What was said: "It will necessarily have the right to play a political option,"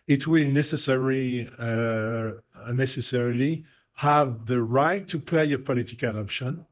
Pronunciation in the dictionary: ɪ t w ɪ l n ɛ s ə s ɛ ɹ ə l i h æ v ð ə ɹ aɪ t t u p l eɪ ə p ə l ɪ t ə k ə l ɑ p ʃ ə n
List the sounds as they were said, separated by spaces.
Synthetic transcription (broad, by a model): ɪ t w ɪ l n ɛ s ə s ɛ ɹ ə l i h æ v ð ə ɹ aɪ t t u p eɪ ə p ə l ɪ t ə k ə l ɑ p ʃ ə n